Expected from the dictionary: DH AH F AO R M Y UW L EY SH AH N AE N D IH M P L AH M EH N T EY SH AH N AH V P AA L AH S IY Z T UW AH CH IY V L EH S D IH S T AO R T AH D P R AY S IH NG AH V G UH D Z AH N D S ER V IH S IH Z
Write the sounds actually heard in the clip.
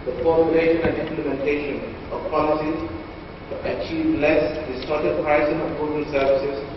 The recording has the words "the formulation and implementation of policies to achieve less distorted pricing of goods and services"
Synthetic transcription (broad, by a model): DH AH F AO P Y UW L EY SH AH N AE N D IH M P L AH M EH N T EY SH AH N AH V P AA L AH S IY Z T UW AH CH IY V L EH S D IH S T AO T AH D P R AY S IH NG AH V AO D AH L S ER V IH S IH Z